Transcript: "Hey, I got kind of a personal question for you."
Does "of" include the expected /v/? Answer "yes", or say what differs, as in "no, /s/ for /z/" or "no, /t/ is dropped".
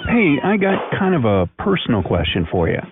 yes